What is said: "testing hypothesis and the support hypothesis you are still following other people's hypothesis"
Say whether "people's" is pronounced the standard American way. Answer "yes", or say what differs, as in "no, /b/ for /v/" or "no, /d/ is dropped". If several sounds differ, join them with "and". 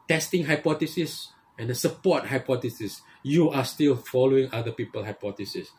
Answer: no, /z/ is dropped